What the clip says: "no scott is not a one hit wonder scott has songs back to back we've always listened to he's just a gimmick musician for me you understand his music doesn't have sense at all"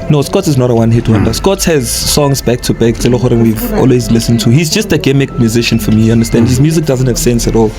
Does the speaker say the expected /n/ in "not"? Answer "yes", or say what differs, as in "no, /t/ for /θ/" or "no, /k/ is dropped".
yes